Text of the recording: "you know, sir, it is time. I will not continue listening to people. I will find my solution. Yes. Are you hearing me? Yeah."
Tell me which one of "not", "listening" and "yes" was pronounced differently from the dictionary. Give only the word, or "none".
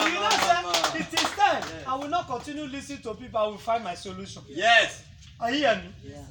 listening